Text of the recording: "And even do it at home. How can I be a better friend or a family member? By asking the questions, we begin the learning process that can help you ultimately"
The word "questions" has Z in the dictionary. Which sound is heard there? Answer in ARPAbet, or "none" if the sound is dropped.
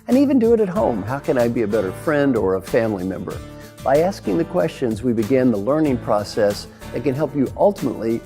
Z